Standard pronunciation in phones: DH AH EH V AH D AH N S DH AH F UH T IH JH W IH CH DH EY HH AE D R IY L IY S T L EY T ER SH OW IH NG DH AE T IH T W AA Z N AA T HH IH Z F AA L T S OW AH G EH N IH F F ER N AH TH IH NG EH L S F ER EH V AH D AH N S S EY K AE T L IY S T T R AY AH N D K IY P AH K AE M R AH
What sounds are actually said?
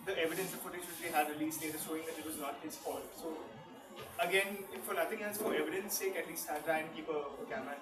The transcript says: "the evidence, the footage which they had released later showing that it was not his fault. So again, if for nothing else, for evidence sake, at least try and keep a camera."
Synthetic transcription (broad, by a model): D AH EH V AH D AH N S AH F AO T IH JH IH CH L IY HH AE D R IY L IY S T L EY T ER SH OW IH NG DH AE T IH T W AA Z N AA T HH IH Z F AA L S OW AH G EH N IH F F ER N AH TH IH NG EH S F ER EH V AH D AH N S S EY K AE T L IY S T T R AY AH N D K IY P AH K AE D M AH